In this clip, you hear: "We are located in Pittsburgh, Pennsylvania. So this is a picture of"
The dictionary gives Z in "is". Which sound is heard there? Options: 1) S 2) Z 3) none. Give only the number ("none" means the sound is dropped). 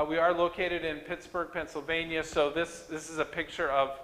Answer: 2